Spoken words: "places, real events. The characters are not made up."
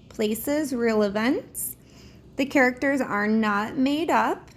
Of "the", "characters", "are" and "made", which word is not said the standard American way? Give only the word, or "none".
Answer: none